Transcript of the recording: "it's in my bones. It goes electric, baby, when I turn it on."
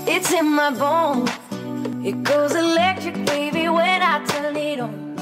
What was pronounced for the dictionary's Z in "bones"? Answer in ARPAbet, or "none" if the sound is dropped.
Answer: none